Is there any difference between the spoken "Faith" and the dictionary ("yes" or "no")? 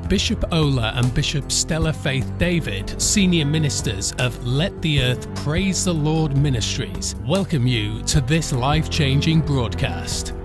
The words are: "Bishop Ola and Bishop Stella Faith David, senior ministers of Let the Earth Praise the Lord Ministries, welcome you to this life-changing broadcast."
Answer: no